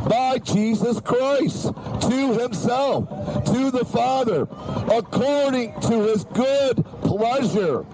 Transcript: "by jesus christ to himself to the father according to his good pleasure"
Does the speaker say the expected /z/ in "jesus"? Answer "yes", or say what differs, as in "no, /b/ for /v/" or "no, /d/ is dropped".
yes